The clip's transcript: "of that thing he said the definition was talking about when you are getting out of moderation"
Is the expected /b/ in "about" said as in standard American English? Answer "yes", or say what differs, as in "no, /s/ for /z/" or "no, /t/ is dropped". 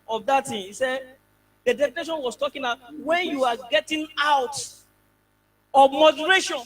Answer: no, /b/ is dropped